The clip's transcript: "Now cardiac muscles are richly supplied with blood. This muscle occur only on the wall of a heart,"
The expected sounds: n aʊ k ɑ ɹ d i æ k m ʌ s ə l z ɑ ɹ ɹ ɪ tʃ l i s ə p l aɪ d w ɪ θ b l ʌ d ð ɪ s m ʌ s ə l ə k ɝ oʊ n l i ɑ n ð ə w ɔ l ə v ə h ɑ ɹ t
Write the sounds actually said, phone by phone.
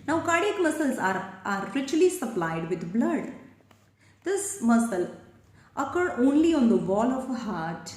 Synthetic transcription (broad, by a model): n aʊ k ɑ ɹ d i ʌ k m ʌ s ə l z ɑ ɹ ɹ ɪ tʃ l i s ə p l aɪ d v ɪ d b l ʌ d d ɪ s m ʌ s ə l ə k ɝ oʊ n l i ɑ n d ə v ɔ l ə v h ɑ ɹ t